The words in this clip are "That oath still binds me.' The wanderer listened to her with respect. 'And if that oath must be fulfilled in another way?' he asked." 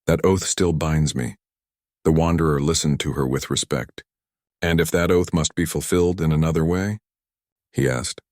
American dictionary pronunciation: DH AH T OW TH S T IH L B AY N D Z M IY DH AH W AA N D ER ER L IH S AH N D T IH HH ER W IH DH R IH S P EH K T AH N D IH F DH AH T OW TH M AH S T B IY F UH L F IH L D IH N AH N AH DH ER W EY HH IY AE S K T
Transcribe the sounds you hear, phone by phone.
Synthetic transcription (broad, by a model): DH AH T OW TH S T IH L B AY N D Z M IY DH AH W AA N D ER ER L IH S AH N T IH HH ER W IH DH R IH S P EH K T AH N IH F DH AH T OW TH M AH S T B IY F L F IH L D IH N AH N AH DH ER W EY HH IY AE S K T